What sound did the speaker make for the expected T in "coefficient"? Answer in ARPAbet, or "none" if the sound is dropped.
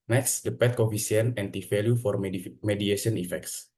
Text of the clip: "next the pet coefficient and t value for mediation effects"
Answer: none